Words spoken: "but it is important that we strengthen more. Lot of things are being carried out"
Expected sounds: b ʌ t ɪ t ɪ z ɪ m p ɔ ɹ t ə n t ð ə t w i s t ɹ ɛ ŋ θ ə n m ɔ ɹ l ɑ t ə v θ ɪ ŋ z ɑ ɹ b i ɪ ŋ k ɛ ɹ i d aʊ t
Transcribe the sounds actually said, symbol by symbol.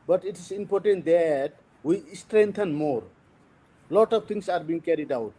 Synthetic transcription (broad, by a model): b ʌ t ɪ t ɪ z ɪ m p ɔ ɹ t ə n t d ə t w i s t ɹ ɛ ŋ t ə n m ɔ ɹ l ɑ t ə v t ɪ ŋ s ɑ ɹ b i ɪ ŋ k ɛ ɹ i d aʊ t